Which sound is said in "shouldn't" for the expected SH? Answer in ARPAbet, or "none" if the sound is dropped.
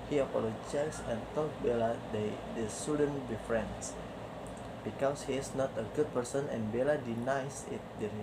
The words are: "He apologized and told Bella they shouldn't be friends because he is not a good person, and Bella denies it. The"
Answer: S